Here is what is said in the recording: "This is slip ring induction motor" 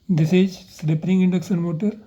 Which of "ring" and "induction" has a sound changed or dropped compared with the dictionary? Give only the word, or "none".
induction